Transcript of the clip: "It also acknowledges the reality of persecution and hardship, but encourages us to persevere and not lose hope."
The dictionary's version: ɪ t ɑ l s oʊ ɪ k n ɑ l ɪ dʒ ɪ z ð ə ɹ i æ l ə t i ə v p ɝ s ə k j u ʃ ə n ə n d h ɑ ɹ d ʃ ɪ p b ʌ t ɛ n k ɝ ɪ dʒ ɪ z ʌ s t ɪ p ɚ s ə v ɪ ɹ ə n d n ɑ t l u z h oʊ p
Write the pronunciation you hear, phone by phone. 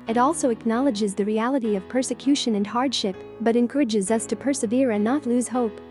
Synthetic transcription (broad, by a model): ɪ t ɑ l s oʊ ɪ k n ɑ l ɪ dʒ ɪ z ð ə ɹ i æ l ə t i ə v p ɝ s ə k j u ʃ ə n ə n h ɑ ɹ d ʃ ɪ p b ʌ t ɛ n k ɝ ɪ dʒ ɪ z ʌ s t ɪ p ɚ s ə v ɪ ɹ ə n n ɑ t l u z h oʊ p